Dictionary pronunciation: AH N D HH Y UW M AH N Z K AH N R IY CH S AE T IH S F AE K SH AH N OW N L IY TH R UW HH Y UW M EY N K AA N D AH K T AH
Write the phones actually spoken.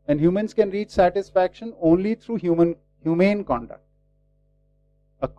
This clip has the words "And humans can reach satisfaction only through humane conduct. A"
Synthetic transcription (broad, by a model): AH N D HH Y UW M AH N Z K AH N R IY CH S AE T IH S F AE K SH AH N OW N L IY T R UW HH Y UW M EY N K AA N D AH K T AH